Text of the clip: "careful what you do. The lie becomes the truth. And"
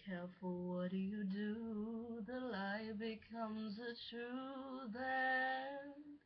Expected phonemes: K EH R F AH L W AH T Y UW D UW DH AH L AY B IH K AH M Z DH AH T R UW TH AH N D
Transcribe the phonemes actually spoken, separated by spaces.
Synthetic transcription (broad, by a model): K EH R F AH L W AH T Y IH D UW DH AH L AY B IH K AH M Z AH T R UW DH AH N